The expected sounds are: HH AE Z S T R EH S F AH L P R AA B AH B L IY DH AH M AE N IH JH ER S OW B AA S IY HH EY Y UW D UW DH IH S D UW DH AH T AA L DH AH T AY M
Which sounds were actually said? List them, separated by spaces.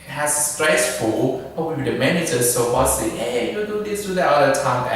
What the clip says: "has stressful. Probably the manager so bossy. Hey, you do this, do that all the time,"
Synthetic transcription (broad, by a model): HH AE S S T R EH S F AH L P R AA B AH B IY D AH M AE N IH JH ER S OW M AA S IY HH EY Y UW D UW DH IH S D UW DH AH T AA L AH T AY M